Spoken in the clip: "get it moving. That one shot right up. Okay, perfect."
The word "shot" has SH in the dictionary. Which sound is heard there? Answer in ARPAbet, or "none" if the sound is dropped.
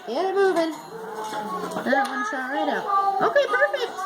S